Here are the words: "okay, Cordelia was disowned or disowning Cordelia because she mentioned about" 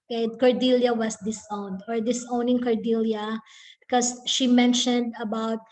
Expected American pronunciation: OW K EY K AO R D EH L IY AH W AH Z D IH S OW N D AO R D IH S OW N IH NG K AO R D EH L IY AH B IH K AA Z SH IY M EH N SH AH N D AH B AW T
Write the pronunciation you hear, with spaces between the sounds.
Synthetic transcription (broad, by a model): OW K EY K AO R D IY L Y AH W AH S D IH S OW N D AO R D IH S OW N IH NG K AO R D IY L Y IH K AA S SH IY M EH N SH AH N D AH B AW T